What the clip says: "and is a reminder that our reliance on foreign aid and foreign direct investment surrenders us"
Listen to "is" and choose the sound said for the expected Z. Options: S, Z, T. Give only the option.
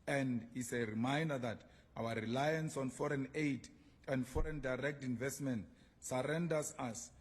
S